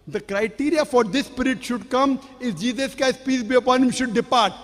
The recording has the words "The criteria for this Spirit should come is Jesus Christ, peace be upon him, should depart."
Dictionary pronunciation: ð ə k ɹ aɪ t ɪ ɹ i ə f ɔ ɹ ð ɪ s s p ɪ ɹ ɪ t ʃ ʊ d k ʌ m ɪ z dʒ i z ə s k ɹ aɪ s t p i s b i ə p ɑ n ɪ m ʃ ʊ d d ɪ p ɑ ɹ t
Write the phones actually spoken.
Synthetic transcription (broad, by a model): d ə k ɹ aɪ t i ɹ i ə f ɔ ɹ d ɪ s s p ɪ ɹ ɪ t ʃ ʊ d k ʌ m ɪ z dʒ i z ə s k aɪ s p i s b i ə p ɑ n ɪ m ʃ ʊ d d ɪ p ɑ ɹ t